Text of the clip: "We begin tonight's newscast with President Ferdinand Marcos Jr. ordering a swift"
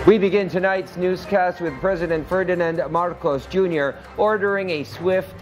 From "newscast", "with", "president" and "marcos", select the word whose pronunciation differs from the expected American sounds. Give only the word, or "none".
none